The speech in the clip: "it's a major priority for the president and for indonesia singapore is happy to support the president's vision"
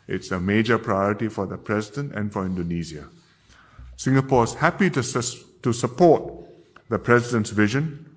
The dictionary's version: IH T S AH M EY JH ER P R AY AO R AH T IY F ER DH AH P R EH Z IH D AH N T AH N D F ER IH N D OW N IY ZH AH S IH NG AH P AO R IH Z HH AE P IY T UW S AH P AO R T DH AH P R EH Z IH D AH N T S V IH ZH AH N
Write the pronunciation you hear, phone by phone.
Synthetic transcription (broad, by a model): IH T S AH M EY JH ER P R AY AO R AH T IY F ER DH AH P R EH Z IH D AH N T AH N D F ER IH N D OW N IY Z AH S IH NG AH P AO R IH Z HH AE P IY T UW S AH P AO T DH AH P R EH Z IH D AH N T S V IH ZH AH N